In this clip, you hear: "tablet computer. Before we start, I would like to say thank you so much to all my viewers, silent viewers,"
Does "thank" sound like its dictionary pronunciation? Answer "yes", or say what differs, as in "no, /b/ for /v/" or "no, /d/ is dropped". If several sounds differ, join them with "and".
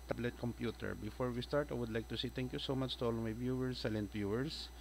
no, /t/ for /θ/